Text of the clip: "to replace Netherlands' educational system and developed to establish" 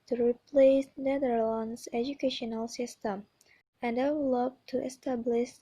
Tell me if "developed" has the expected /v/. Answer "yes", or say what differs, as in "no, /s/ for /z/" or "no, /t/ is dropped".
no, /w/ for /v/